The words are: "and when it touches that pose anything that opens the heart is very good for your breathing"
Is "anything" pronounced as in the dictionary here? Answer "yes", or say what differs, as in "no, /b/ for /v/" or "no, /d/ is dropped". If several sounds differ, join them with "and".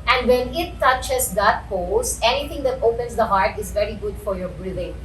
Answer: no, /t/ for /θ/